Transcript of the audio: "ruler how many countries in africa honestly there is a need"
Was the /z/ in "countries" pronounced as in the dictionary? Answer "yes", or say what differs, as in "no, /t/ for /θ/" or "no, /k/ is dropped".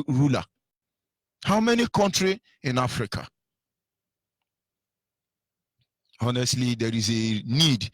no, /z/ is dropped